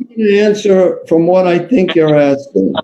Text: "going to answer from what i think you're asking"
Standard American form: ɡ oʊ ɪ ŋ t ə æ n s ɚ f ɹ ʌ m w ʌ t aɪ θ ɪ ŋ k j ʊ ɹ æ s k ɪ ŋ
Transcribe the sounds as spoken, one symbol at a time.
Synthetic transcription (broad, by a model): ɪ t æ n s ɚ f ɹ ʌ m w ʌ t aɪ θ ɪ ŋ k j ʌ ɹ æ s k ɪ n